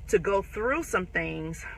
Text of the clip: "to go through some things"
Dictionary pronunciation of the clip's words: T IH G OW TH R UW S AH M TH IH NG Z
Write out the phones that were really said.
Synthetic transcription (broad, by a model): T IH G OW TH R UW S AH M TH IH NG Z